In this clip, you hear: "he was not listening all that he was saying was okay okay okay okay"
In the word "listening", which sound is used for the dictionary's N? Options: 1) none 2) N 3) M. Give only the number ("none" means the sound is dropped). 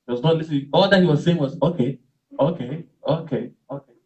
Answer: 1